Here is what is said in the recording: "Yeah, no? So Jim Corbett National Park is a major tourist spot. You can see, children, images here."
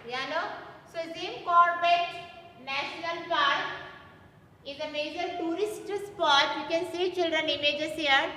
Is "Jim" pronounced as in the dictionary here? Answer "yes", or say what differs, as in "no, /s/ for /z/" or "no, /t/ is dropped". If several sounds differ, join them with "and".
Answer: no, /z/ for /dʒ/